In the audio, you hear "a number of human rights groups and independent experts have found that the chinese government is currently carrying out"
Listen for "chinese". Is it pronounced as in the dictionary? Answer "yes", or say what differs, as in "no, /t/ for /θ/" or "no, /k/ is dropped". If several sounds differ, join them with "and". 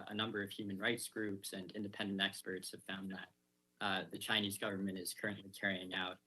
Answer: yes